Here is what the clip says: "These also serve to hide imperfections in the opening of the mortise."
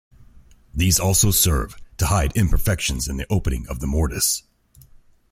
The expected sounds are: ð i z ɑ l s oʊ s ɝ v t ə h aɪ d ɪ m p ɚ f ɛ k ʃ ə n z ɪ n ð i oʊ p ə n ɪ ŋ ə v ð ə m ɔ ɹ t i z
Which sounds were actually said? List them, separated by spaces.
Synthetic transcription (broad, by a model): ð i z ɑ l s oʊ s ɝ v t ə h aɪ d ɪ m p ɚ f ɛ k ʃ ə n z ɪ n ð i oʊ p ə n ɪ ŋ ə v ð ə m ɔ ɹ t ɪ s